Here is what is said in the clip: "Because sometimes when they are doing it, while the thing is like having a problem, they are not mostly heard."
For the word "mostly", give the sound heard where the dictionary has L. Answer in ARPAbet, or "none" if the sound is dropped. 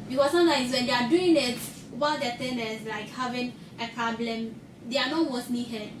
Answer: N